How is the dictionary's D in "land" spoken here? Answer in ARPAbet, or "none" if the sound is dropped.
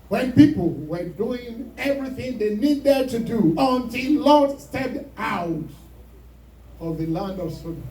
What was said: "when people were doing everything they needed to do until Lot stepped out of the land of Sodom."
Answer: D